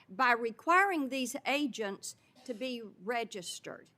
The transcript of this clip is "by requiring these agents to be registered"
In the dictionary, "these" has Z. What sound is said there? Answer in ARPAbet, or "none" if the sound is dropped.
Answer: Z